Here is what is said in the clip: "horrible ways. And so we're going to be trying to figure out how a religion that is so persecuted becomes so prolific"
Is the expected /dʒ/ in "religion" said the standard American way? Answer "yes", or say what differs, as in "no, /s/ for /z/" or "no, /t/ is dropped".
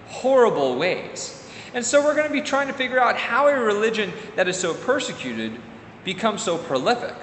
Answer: yes